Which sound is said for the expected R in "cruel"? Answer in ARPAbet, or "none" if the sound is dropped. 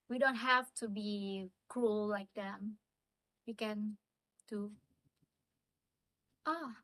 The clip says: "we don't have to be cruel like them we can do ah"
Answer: R